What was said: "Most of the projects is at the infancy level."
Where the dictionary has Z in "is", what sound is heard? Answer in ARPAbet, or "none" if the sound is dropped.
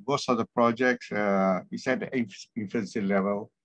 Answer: S